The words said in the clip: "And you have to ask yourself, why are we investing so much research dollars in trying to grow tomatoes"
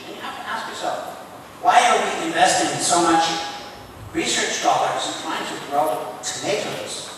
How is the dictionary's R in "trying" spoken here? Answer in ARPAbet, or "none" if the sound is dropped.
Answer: none